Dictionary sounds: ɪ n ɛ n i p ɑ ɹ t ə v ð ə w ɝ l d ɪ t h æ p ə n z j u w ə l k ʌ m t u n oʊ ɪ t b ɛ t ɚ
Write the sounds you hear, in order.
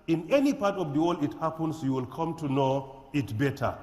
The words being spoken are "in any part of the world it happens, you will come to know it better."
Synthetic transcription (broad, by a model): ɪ n ɛ n i p ɑ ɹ t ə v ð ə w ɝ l ɪ t h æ p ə n s j u w ə l k ʌ m t u n oʊ ɪ t b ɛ t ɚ